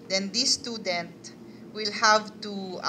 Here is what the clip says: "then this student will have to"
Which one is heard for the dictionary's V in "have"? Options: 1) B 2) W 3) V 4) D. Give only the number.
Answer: 3